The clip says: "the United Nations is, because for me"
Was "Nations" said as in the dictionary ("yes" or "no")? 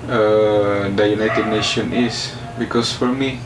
no